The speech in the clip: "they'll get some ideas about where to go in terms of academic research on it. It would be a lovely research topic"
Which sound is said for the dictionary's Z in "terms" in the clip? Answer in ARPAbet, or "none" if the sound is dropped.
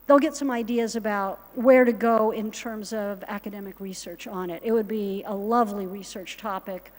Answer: Z